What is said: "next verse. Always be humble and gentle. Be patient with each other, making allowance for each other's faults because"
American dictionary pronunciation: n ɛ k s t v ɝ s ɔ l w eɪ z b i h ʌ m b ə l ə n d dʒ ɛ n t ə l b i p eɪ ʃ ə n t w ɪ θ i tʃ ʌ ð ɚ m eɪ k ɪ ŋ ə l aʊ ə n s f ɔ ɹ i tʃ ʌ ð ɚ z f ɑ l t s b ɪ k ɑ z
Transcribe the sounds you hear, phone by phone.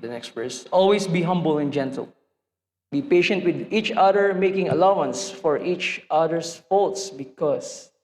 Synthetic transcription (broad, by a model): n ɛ k s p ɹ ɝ s ɔ l w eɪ s b i h ʌ m b ə l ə n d dʒ ɛ n t ə l b i p eɪ ʃ ə n t w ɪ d i tʃ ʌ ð ɚ m eɪ k ɪ ŋ ə l aʊ ə n s f ɔ ɹ i tʃ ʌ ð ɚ s f ɑ l t s b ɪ k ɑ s